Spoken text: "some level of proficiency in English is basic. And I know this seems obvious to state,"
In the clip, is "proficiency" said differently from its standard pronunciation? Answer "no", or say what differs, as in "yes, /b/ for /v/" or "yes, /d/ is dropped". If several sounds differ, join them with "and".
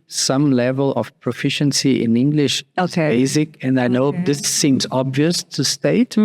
no